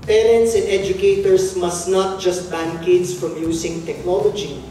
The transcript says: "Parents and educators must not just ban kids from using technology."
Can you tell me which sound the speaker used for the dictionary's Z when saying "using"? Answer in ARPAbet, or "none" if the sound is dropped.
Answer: S